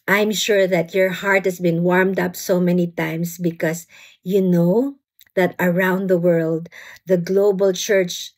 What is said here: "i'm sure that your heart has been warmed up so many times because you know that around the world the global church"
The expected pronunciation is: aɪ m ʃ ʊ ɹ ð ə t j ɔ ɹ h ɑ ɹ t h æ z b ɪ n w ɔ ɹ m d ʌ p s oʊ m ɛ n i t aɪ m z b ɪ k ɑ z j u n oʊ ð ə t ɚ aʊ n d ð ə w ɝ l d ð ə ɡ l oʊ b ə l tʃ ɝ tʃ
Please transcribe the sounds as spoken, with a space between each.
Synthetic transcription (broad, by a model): aɪ m ʃ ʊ ɹ ð ə t j ɔ ɹ h ɑ ɹ t h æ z b ɪ n w ɔ ɹ m d ʌ p s oʊ m ɛ n i t aɪ m s b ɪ k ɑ s j u n oʊ ð ə t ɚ aʊ n d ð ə w ɝ l d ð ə ɡ l oʊ b ə l tʃ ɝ tʃ